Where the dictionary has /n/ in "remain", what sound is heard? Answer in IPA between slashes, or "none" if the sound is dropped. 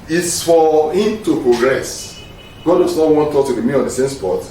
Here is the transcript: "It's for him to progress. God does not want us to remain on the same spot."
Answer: none